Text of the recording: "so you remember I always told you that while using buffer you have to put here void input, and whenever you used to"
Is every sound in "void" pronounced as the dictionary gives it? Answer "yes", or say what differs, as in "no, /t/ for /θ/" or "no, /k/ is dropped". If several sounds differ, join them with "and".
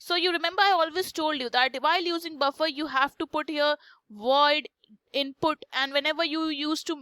yes